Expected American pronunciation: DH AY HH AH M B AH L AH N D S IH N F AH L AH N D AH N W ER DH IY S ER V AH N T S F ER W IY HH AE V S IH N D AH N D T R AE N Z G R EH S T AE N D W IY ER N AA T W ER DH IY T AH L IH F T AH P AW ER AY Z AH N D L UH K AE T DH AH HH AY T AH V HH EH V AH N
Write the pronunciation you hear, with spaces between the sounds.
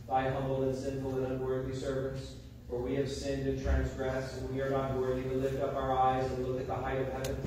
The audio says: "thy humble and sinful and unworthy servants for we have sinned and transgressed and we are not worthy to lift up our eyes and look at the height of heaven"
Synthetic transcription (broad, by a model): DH AY HH AH M B L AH N S IH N F L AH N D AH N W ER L IY S ER V AH N T S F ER W IY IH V S IH N D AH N T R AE N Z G R EH S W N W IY ER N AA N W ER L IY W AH L IH F T AH P AW ER AY Z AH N L UH K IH T DH AH HH AY T AH V HH EH V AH N